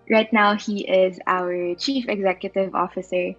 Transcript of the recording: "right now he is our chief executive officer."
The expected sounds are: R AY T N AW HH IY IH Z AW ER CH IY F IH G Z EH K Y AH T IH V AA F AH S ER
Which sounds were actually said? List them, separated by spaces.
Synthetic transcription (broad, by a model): R AY T N AW HH IY IH Z AW ER CH IY F IH G Z EH K Y AH T IH V AA F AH S ER